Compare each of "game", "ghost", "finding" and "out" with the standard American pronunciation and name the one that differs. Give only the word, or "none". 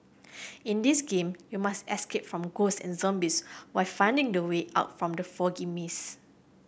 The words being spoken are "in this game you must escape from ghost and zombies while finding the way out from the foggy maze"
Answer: ghost